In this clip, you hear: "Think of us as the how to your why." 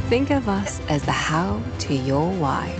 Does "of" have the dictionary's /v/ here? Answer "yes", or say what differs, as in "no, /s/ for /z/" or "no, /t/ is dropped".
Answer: yes